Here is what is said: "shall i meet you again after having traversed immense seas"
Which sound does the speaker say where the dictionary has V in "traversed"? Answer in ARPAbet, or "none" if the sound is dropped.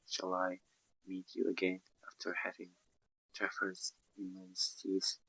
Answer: F